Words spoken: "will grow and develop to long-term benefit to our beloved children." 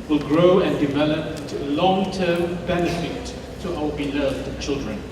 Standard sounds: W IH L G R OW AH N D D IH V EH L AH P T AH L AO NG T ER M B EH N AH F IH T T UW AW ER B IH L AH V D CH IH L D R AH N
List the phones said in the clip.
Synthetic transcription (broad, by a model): W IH L G R OW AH N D D IH V EH L AH P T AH L AO NG T ER M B EH N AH F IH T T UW AW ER B IH L AH V D CH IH L D R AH N